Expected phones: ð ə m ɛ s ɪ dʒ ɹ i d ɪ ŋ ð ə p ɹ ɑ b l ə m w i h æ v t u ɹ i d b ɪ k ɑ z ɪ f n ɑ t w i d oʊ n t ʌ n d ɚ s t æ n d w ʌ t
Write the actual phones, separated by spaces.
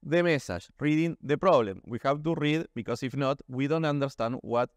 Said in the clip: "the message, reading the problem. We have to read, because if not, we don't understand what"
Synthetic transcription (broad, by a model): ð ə m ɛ s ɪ ʃ ɹ i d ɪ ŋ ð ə p ɹ ɑ b l ə m w i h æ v t u ɹ i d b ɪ k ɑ s ɪ f n ɑ t w i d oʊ n t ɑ n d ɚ s t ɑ n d w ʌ t